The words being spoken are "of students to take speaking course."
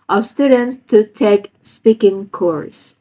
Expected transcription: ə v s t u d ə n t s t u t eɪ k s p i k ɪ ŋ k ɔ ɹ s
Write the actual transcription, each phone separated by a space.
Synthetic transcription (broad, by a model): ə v s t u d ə n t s t u t eɪ k s p i k ɪ ŋ k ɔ ɹ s